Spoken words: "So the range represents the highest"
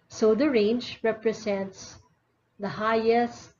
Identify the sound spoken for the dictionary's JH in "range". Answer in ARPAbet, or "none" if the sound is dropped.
JH